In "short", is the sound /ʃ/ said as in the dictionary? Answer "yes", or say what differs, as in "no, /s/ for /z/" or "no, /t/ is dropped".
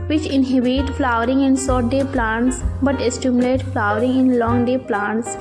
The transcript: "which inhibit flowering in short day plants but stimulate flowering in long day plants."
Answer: no, /s/ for /ʃ/